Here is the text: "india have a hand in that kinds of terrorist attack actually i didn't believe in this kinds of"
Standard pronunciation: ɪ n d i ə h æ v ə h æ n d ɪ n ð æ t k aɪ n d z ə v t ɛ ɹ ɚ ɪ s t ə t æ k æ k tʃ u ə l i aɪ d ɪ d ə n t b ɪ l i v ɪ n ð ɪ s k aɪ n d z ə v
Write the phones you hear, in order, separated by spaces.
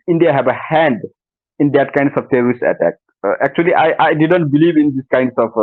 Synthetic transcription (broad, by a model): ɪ n d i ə h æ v ə h æ n d ɪ n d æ t k aɪ n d s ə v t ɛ ɹ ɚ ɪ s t ə t æ k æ k tʃ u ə l i aɪ d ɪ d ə n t b ɪ l i v ɪ n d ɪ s k aɪ n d s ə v